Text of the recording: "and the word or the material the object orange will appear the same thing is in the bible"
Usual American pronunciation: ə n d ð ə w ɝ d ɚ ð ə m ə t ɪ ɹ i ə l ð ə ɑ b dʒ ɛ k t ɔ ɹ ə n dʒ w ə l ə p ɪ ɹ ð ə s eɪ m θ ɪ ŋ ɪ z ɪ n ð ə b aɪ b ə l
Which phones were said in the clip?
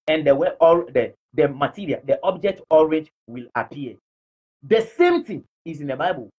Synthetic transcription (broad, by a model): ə n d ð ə w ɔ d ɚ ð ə m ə t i ɹ i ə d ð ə ɑ b dʒ ɛ k t ɔ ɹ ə dʒ w ə l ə p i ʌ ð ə s eɪ m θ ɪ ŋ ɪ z ɪ n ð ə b aɪ b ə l